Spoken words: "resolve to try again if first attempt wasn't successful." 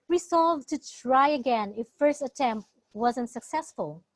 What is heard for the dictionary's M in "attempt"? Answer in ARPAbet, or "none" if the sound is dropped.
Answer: M